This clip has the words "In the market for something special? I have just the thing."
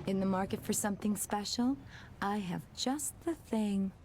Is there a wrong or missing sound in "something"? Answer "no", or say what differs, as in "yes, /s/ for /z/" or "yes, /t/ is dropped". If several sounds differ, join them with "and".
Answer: no